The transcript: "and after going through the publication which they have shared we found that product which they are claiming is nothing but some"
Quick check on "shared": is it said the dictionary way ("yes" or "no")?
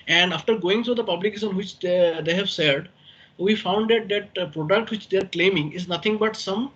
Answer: no